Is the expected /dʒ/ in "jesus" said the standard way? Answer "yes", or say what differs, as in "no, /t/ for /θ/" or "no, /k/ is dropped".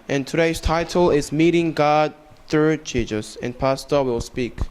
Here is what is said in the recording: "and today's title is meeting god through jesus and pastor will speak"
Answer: no, /tʃ/ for /dʒ/